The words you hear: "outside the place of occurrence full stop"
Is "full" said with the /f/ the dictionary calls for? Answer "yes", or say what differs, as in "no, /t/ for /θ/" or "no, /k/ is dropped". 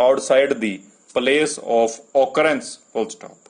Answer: no, /p/ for /f/